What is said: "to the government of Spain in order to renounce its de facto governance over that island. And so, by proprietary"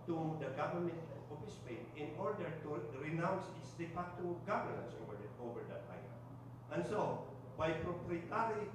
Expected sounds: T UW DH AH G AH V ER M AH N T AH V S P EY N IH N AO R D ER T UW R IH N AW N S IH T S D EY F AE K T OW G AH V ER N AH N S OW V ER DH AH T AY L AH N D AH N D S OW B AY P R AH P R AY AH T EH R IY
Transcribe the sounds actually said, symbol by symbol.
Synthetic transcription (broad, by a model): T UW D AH G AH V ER M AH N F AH S P EY N IH N AO R D ER T UW R IH N AW N S IH T S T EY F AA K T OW G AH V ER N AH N S OW V ER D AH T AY AH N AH N S OW B AY P R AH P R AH T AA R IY